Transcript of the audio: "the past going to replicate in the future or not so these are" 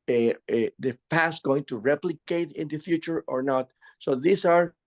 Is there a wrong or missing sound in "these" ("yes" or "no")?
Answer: yes